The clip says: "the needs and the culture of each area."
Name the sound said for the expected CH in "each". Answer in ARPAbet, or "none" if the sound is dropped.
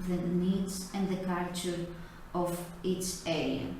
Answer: S